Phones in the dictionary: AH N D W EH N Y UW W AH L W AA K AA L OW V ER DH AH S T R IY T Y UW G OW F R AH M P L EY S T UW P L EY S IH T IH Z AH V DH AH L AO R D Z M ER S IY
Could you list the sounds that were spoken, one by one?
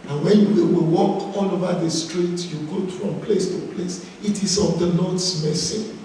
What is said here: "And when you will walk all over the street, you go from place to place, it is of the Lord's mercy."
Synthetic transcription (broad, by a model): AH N W EH N Y UW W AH W W AA K AA L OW V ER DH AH S T R IY T Y UW G OW F R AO M P L EY S T UW P L EY S IH T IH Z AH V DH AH N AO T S M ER S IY